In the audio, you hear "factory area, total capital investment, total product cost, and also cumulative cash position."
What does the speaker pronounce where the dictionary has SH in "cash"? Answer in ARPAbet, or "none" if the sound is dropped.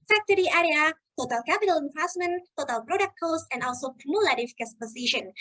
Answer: S